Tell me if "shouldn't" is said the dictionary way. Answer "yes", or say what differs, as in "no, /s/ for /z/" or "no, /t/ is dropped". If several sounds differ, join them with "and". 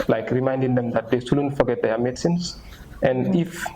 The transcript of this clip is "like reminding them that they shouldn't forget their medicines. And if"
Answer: no, /s/ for /ʃ/